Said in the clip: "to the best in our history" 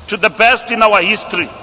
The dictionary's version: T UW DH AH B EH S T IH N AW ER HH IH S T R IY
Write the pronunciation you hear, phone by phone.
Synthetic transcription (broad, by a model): T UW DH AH B EH S T IH N AW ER HH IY S T R IY